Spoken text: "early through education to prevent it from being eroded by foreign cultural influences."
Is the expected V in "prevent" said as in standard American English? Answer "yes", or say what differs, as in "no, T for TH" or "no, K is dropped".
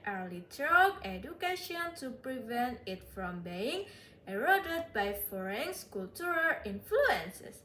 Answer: yes